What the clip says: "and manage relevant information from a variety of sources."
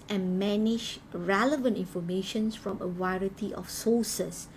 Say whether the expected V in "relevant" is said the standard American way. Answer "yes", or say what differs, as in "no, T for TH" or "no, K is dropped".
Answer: yes